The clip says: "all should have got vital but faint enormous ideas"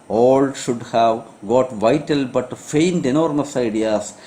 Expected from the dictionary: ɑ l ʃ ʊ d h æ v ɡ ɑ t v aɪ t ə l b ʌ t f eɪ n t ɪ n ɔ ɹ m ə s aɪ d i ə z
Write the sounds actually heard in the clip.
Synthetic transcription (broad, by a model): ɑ l ʃ ʊ d h æ v ɡ ɑ t v aɪ t ə l b ʌ t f eɪ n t ɪ n ɔ ɹ m ə s aɪ d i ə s